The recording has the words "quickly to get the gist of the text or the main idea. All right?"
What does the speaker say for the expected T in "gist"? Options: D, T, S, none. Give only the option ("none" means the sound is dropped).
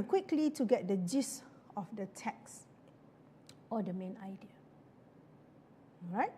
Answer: none